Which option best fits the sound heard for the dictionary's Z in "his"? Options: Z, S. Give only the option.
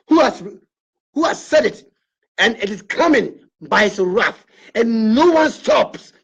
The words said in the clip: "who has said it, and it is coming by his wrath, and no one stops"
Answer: S